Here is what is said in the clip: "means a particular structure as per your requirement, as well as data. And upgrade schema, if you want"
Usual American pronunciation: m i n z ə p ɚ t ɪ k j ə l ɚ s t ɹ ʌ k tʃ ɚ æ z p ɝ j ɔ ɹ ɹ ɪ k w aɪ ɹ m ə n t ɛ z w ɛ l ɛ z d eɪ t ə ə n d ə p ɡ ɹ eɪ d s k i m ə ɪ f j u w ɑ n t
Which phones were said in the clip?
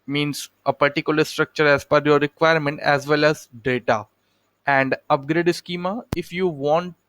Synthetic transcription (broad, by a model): m i n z ə p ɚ t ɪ k j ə l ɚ s t ɹ ʌ k tʃ ɚ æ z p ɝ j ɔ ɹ ɹ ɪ k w aɪ ɹ m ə n t ɛ z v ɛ l ɛ z d eɪ t ə ə n d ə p ɡ ɹ eɪ d s k i m ə ɪ f j u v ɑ n t